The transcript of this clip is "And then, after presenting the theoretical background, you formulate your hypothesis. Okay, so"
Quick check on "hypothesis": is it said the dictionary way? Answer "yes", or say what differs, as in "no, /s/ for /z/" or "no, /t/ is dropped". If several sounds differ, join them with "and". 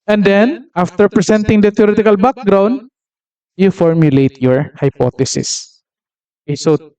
no, /t/ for /θ/